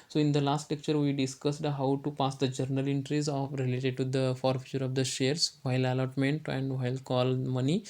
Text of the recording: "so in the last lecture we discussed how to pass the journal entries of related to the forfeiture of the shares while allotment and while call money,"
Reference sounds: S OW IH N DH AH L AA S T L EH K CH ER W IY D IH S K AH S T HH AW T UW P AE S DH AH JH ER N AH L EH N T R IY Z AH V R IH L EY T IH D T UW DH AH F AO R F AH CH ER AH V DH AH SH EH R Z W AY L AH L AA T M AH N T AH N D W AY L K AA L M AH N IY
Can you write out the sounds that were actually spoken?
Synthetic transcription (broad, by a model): S OW IH N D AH L AA S T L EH K CH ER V IY D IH S K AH S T HH AW T UW P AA S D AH JH ER N AH L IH N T R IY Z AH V R IH L EY T IH D T UW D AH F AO R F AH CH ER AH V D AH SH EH R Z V AY L AH L AA T M AH N T AH N D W AY L K AA L M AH N IY